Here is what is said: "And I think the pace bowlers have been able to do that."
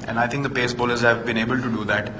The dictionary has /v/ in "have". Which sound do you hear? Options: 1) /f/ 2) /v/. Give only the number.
2